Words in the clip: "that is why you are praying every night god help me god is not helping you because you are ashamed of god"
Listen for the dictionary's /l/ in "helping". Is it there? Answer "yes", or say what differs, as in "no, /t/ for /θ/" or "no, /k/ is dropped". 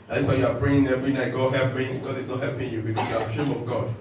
no, /l/ is dropped